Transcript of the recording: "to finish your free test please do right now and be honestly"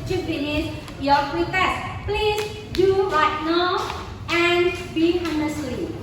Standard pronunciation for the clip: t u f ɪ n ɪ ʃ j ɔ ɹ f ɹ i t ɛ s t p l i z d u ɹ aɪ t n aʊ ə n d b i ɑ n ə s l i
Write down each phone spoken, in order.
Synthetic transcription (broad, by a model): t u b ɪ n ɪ s j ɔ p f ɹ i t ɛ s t p l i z d u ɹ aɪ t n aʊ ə n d b i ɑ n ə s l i